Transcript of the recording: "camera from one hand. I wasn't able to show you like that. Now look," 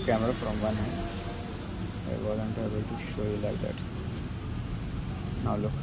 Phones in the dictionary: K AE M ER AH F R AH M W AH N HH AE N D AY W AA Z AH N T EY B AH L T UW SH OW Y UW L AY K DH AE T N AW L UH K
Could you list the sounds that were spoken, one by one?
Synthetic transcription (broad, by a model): K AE M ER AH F R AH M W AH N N AY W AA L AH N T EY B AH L T UW SH OW Y UW L AY K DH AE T N AW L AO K